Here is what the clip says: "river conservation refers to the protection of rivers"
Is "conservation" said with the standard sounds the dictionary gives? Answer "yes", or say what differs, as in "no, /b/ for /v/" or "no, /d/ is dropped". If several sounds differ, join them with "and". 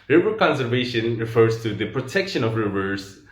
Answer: yes